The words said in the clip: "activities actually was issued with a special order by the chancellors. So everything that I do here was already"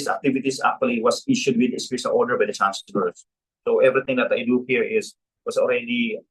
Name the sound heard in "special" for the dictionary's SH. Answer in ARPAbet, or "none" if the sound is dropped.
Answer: S